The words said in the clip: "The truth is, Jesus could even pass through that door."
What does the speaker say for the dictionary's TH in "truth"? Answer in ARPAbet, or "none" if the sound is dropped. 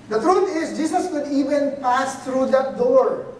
T